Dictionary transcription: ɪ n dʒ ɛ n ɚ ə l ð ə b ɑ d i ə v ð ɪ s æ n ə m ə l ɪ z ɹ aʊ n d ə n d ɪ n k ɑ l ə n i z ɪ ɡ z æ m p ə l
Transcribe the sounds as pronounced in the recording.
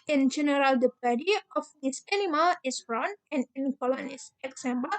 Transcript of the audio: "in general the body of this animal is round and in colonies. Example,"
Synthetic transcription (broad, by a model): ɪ n dʒ ɛ n ɚ ə l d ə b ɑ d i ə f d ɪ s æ n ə m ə l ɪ s ɹ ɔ n ə n ɪ n k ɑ l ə n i s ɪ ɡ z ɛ m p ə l